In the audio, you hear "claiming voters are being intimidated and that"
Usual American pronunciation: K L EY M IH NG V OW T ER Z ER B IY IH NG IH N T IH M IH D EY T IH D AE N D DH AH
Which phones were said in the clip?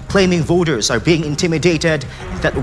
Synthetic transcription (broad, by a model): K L EY M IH NG V OW T ER Z ER B IY IH NG IH N T IH M IH D EY T IH D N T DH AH